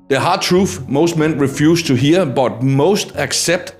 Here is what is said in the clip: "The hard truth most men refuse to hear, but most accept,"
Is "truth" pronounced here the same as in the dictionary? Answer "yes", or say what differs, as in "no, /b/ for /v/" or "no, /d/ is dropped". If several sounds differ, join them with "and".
no, /f/ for /θ/